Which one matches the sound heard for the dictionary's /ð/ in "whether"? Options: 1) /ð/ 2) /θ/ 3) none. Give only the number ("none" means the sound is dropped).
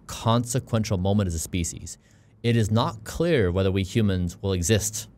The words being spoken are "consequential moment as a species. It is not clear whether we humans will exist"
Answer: 1